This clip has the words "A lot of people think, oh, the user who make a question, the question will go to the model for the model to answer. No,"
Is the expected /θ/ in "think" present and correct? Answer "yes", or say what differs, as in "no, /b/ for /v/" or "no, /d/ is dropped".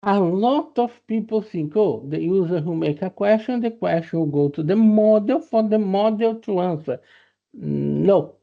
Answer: no, /s/ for /θ/